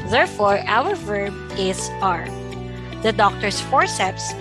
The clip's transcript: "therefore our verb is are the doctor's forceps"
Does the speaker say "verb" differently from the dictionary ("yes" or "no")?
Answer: no